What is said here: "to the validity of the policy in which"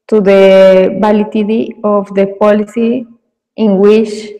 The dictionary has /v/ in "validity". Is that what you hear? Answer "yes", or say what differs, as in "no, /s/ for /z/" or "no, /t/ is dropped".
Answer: no, /b/ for /v/